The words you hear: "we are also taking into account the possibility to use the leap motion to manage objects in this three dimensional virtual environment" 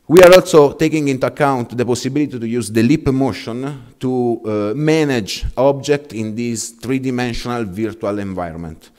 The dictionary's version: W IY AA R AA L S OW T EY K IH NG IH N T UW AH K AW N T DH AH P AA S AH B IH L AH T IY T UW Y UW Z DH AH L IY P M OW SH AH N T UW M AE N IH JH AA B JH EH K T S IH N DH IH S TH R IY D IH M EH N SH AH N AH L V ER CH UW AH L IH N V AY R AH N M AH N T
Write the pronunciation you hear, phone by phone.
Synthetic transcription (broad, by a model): W IY AA R AA L S OW T EY K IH NG IH N T UW AH K AW N T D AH P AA S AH B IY L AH T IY T UW Y UW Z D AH L IY P M OW SH AH N T UW M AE N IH JH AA B JH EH K T IH N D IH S T R IY D IH M EH N SH AH N AH L V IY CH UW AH L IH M V AY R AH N M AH N T